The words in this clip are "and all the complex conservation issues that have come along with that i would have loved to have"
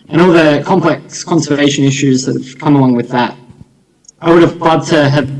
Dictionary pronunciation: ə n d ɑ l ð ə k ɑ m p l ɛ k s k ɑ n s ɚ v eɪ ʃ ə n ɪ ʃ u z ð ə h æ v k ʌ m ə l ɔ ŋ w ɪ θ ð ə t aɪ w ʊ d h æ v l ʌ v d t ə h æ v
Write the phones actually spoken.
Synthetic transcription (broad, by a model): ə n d ɑ l ð ə k ɑ m p l ɛ k s k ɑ n s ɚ eɪ ʃ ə n ɪ ʃ u z ð ə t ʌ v k ʌ m ə l ɔ ŋ w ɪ ð ə t aɪ w ʊ d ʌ v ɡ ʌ d t ə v